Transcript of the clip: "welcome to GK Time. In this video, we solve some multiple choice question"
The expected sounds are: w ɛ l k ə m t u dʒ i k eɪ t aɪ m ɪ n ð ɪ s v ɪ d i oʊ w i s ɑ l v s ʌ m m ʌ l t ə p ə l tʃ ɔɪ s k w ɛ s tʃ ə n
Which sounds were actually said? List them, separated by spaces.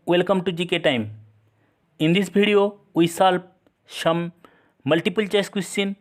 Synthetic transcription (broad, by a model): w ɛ l k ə m t u dʒ i k eɪ t aɪ m ɪ n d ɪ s b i d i oʊ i s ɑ l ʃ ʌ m m ʌ l t ə p ə l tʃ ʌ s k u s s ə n